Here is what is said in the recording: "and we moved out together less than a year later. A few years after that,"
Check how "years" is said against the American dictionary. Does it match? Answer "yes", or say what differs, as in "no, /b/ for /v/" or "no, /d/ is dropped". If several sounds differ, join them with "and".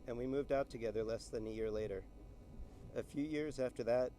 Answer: yes